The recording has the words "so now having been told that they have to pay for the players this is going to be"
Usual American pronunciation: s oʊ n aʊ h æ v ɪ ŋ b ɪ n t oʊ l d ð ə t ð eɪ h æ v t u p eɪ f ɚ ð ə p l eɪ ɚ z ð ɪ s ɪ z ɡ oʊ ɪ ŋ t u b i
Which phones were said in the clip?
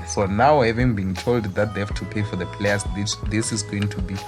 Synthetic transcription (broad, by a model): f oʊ n aʊ h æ v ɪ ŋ b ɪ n t oʊ l d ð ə t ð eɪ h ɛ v t u p eɪ f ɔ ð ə p l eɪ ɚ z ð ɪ s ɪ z ɡ oʊ ɪ ŋ t u b i